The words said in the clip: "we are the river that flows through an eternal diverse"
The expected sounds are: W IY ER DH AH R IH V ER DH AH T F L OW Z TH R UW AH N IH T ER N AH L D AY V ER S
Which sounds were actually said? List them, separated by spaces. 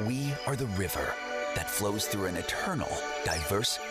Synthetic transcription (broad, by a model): W IY ER DH AH R IH V ER DH AH T F L OW Z TH R UW AH N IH T ER N L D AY V ER S